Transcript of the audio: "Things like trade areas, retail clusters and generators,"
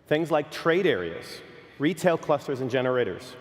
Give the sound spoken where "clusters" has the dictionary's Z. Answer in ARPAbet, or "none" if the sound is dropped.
Z